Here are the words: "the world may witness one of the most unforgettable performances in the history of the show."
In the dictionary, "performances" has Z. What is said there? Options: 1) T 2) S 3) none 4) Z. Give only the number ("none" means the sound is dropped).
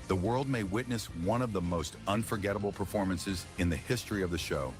4